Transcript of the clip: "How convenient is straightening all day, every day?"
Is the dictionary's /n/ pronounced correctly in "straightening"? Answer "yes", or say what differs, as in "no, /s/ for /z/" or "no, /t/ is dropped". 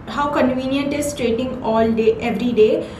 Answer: no, /n/ is dropped